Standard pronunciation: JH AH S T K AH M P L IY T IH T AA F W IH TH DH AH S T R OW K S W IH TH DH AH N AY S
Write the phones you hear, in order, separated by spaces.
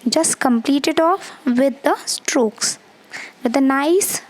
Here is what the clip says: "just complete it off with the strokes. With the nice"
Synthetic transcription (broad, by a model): JH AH S T K AH M P L IY T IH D AA F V IH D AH S T R OW K S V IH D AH N AY S